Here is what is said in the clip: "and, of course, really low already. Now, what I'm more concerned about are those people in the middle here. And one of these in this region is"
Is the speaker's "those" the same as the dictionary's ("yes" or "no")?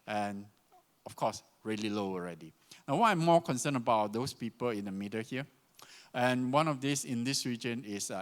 no